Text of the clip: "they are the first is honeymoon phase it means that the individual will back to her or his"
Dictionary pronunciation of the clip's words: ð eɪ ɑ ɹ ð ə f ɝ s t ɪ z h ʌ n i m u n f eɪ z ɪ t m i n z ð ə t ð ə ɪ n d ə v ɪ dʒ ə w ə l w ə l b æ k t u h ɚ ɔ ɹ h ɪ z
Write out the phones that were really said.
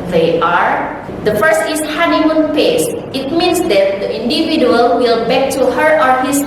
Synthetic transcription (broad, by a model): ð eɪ ɑ ɹ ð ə f ɝ s t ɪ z h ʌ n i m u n p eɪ s ɪ t m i n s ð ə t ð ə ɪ n d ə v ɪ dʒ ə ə l w ə l b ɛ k t u h ɚ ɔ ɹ h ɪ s